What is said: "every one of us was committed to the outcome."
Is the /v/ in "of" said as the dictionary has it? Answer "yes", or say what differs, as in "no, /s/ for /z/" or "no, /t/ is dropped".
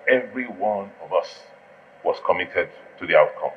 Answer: yes